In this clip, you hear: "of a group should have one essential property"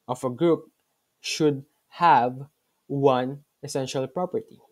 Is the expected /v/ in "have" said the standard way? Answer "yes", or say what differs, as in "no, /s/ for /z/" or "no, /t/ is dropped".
yes